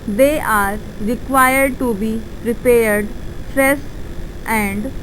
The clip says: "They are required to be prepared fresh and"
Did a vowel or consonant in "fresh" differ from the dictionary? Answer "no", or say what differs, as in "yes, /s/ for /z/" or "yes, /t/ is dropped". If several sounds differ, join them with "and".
yes, /s/ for /ʃ/